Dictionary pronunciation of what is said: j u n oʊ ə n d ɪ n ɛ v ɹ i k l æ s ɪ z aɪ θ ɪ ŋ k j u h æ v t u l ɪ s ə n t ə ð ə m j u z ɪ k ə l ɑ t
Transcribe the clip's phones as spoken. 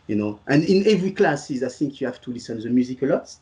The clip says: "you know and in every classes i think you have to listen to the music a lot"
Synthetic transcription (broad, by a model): j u n oʊ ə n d ɪ n ɛ v ɹ i k l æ s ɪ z aɪ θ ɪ ŋ k j u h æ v t u l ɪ s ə n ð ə m j u z ɪ k ə l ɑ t